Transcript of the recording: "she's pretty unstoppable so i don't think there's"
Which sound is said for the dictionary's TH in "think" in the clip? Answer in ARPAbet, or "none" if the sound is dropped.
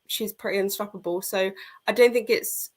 TH